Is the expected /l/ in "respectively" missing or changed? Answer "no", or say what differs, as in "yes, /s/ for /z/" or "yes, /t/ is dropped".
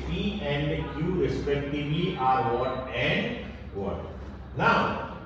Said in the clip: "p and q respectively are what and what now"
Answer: yes, /l/ is dropped